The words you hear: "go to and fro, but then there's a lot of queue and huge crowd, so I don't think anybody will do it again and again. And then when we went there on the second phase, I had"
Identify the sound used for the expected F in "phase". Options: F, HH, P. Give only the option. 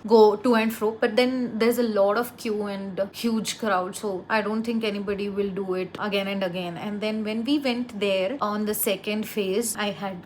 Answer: F